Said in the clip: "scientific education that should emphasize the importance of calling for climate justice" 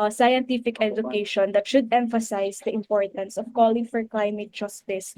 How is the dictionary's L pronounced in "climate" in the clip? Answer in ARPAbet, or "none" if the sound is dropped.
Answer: L